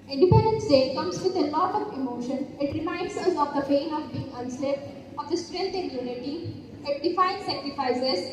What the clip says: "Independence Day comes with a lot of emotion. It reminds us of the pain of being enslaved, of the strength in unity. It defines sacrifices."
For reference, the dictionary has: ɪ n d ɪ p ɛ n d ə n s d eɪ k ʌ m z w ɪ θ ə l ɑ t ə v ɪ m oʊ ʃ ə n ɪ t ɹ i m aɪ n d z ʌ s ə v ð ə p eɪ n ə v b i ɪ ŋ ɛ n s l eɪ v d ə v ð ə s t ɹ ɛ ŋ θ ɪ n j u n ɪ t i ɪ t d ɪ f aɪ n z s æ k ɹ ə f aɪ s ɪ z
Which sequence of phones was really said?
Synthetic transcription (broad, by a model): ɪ n d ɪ p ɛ n d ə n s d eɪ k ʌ m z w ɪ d ə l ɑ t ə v ɪ m oʊ ʃ ə n ɪ t ɹ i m aɪ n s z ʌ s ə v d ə f eɪ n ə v b i ɪ ŋ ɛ n s eɪ d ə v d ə s t ɹ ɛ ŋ t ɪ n j u n ɪ t i ɪ t d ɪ f aɪ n s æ k ɹ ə f aɪ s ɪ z